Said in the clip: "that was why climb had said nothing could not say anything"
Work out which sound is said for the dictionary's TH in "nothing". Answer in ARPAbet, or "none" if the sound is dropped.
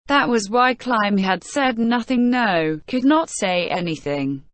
TH